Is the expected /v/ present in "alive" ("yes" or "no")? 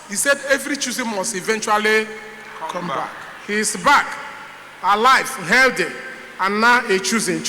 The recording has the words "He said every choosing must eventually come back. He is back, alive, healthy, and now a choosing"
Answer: no